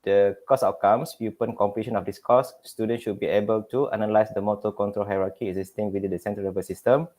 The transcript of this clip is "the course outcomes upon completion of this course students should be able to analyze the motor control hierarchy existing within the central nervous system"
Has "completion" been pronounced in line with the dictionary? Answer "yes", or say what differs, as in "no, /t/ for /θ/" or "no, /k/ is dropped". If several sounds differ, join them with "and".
no, /l/ is dropped